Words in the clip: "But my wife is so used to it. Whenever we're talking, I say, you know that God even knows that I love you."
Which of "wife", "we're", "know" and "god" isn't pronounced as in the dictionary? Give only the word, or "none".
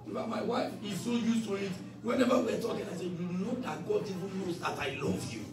we're